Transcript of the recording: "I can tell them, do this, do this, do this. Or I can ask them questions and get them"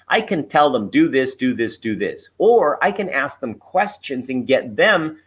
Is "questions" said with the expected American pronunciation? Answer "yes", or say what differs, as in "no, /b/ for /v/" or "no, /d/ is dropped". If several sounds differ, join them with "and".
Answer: yes